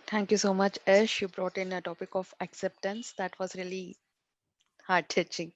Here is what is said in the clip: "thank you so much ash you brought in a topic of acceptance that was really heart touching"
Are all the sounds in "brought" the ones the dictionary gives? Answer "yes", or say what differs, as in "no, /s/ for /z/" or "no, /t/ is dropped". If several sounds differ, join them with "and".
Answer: yes